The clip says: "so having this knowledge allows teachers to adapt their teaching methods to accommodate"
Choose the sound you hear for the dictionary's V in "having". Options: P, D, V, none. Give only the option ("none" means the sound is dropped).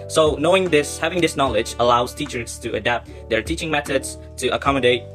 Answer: V